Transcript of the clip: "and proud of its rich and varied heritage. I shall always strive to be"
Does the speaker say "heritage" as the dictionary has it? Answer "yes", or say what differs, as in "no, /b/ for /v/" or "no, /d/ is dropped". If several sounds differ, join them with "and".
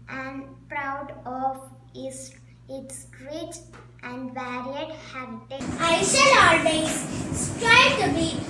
no, /dʒ/ is dropped